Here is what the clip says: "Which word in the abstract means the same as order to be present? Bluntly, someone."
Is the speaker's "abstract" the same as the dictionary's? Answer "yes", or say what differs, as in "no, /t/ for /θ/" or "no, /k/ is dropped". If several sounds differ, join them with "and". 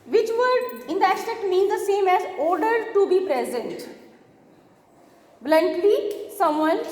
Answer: no, /b/ is dropped and /ɹ/ is dropped